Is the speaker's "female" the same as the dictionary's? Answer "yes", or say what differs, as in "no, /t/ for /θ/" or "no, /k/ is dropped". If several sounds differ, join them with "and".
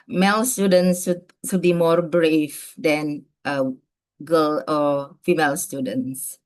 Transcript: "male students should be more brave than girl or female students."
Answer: yes